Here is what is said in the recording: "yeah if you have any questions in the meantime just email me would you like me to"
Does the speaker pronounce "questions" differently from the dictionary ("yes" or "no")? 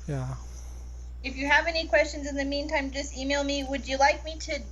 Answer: no